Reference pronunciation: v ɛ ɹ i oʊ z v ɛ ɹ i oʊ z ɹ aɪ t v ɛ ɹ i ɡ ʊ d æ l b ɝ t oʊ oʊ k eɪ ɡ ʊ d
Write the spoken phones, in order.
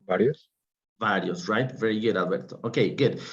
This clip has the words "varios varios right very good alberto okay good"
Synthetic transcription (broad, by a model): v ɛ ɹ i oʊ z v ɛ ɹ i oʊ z ɹ aɪ t v ɛ ɹ i ɡ ʊ d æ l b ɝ t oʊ oʊ k eɪ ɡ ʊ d